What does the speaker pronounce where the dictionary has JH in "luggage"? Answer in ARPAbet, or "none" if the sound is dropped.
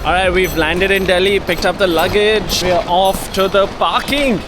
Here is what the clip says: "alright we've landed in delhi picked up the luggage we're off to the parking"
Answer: JH